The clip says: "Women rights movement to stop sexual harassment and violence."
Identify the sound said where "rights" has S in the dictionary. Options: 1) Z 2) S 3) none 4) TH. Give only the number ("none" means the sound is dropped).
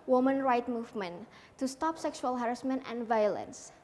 3